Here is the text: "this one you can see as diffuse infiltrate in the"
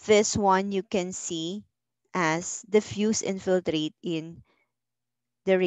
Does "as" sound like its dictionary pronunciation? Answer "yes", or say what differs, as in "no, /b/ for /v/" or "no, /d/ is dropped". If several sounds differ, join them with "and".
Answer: no, /s/ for /z/